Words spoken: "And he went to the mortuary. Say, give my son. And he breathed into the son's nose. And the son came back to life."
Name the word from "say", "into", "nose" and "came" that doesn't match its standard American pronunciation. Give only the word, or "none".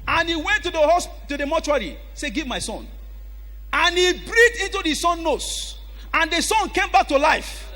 nose